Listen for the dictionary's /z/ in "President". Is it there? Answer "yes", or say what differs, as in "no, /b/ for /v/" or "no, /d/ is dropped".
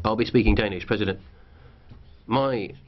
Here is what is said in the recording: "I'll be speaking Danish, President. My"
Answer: yes